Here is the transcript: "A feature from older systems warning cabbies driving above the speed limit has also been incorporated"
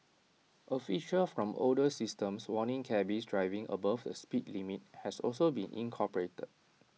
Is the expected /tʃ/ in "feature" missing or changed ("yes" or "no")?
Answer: yes